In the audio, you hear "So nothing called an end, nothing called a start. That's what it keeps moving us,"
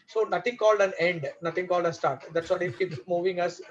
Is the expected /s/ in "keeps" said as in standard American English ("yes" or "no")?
no